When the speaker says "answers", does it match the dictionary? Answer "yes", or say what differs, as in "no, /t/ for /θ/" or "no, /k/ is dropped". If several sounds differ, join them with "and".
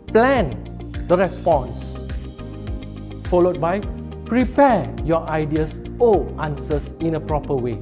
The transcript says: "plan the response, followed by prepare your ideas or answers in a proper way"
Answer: no, /s/ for /z/